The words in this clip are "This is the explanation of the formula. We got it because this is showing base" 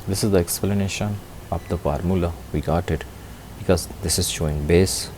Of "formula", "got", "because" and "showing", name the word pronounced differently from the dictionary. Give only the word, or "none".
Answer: none